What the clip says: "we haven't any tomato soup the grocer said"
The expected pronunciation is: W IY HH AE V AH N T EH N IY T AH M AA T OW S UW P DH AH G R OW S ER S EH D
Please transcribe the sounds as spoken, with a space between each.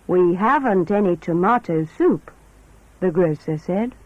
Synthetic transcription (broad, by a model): W IY HH AE V AH N T EH N IY T AH M AA T OW S UW P DH AH G R OW S ER S EH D